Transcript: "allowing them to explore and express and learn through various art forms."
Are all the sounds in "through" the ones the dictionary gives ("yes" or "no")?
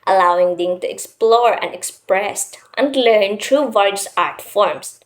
no